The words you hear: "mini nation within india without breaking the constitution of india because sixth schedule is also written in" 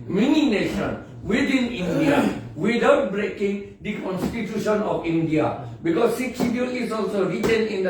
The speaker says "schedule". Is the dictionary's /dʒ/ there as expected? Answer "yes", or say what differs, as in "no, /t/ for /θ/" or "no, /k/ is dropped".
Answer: no, /dʒ/ is dropped